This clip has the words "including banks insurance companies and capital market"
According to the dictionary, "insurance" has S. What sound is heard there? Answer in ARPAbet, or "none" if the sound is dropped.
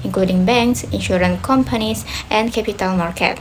none